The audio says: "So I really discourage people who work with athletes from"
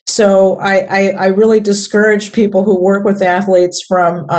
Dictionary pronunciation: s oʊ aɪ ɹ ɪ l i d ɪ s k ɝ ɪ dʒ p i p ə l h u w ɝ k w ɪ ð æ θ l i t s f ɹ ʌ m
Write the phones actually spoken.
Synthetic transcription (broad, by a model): s oʊ aɪ ɹ ɪ l i d ɪ s k ɝ ɪ dʒ p i p l h u w ɝ k w ɪ ð æ θ l i t s f ɹ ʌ m